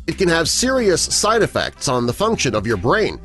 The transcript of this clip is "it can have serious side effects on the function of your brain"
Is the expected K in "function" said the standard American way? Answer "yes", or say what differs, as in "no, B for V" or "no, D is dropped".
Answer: yes